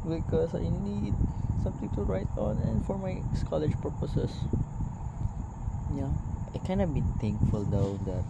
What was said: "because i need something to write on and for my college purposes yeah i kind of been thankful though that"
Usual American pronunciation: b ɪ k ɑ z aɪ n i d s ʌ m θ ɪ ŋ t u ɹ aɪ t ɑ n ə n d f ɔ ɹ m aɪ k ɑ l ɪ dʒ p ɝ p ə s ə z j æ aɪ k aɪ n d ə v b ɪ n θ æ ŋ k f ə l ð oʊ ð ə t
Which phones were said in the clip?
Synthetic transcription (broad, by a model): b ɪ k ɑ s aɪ n i d s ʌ m t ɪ ŋ t u ɹ aɪ t ɑ n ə n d f ɔ ɹ m aɪ k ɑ l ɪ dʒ p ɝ p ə s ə s j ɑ aɪ k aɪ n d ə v b ɪ n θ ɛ ŋ k f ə l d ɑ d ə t